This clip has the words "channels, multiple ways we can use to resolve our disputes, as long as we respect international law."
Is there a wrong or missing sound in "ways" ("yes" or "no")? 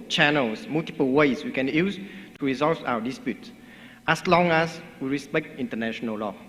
yes